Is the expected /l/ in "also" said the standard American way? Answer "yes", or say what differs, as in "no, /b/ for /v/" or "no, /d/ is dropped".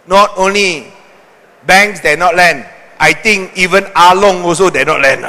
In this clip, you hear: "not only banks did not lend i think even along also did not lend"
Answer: no, /l/ is dropped